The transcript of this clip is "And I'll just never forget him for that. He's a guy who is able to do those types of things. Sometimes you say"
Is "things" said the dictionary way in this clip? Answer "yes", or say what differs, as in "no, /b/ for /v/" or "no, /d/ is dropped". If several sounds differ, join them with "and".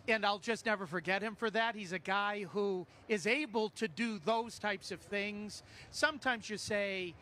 yes